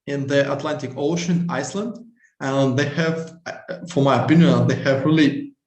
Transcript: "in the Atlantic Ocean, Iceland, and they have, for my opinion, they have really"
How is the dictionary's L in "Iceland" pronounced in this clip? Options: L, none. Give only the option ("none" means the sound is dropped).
L